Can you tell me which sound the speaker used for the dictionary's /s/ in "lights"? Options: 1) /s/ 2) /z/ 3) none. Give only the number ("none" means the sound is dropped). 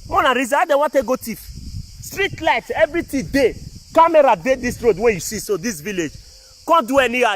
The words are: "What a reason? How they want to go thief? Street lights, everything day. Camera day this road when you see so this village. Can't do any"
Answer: 3